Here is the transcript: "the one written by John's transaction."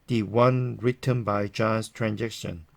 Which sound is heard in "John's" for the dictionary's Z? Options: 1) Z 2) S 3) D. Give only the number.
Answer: 2